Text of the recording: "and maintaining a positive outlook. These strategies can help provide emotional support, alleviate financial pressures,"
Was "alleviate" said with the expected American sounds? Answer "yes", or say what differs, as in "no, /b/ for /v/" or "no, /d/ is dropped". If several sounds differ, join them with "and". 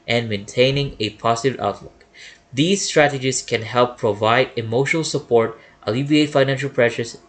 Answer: no, /b/ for /v/